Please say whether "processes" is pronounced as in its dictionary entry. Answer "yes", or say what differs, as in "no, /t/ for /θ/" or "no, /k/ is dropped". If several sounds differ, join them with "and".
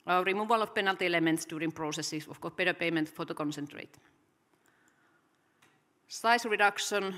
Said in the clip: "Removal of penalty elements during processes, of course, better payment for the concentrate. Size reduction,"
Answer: no, /s/ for /z/